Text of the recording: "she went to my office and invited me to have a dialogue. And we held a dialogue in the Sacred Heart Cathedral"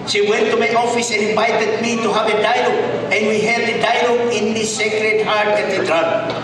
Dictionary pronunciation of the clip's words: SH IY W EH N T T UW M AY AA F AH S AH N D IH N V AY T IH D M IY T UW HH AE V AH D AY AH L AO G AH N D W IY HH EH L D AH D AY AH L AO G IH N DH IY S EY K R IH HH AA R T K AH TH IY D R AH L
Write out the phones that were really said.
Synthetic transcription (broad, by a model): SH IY W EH N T T UW M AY AA F AH S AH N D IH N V AY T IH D M IY T UW HH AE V AH D AY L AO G AH N D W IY HH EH D AH D AY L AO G IH N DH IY S EY K R IH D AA R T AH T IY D R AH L